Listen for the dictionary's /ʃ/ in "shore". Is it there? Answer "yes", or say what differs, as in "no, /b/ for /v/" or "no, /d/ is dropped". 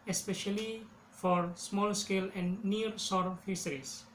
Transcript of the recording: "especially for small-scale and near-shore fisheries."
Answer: no, /s/ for /ʃ/